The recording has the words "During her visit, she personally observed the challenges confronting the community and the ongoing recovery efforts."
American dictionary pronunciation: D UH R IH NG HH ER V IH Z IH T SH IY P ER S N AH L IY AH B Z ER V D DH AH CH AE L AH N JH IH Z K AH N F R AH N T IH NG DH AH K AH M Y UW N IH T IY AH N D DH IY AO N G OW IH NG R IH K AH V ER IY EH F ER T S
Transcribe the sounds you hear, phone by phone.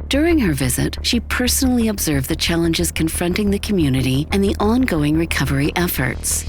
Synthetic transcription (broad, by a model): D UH R IH NG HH ER V IH Z IH T SH IY P ER S N L IY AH B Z ER V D DH AH CH AE L AH N JH IH Z K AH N F R AH N T IH NG DH AH K AH M Y UW N IH T IY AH N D DH IY AO N G OW IH NG R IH K AH V ER IY EH F ER T S